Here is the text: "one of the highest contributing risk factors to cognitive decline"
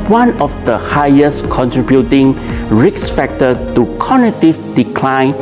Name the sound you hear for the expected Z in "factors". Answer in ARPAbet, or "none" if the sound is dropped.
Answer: none